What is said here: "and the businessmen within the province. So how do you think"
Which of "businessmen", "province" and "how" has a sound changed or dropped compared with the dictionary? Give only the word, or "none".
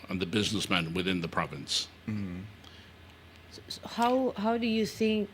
none